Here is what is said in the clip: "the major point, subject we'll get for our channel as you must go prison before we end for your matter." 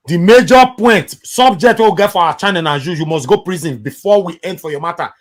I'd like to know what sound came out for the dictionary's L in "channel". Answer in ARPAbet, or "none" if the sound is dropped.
N